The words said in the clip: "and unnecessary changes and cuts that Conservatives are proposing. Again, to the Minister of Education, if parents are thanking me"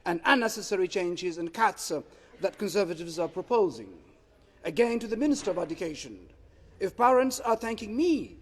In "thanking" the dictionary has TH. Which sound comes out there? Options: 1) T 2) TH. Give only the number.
2